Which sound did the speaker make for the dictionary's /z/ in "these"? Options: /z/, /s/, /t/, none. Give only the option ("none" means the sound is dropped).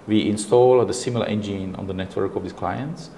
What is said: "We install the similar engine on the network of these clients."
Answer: /s/